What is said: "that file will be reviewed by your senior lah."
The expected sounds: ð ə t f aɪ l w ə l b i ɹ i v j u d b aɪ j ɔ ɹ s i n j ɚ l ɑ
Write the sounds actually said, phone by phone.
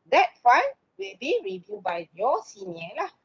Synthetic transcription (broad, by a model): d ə t f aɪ n w ə l b i ɹ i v j u b aɪ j ɔ s i n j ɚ l ɑ